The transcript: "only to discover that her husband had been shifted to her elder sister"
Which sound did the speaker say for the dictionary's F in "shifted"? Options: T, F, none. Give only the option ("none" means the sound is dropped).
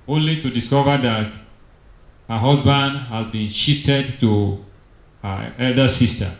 none